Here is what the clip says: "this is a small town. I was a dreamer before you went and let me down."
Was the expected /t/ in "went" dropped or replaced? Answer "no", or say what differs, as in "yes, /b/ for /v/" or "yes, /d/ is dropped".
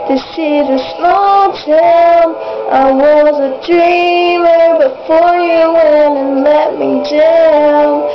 yes, /t/ is dropped